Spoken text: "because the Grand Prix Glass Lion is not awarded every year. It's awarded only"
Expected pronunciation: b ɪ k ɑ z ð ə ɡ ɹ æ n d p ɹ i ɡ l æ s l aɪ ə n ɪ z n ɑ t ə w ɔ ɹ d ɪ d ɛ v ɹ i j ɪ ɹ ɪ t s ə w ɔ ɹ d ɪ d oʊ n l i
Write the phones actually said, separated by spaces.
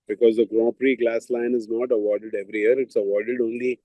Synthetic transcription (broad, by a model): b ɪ k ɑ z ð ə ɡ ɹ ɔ p ɹ i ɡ l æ s l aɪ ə n ɪ z n ɑ t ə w ɔ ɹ d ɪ d ɛ v ɹ i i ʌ ɹ ɪ t s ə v ɔ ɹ d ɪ d oʊ n l i